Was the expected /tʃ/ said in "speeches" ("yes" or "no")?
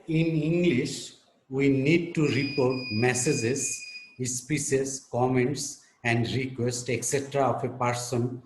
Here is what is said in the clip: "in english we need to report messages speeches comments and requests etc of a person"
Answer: no